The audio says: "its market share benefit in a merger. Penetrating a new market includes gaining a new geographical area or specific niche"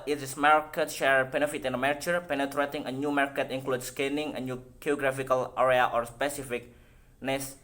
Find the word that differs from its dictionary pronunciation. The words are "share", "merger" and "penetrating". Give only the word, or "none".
merger